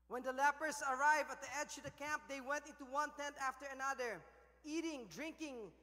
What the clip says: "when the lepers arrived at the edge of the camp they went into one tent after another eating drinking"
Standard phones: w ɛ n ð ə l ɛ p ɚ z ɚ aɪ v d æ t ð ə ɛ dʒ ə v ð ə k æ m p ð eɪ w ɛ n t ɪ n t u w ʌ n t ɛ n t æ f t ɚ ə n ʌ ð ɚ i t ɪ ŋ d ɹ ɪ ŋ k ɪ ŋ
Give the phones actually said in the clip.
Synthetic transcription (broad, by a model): w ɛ n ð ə l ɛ p ɚ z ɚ aɪ v æ t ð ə ɛ dʒ ə v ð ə k æ m p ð eɪ w ɛ n t ɪ n t u w ʌ n t ɛ n t æ f t ɚ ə n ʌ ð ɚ i t ɪ ŋ d ɹ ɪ ŋ k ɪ ŋ